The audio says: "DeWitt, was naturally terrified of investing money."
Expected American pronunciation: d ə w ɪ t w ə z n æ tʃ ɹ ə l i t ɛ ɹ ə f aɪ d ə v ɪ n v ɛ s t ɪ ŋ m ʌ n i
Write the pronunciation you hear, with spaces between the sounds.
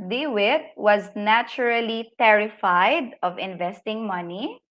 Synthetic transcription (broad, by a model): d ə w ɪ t w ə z n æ tʃ ɹ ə l i t ɛ ɹ ə f aɪ d ə v ɪ n v ɛ s t ɪ ŋ m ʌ n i